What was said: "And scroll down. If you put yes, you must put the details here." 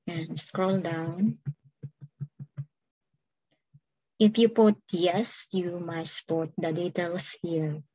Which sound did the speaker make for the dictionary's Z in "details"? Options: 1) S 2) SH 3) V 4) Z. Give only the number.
1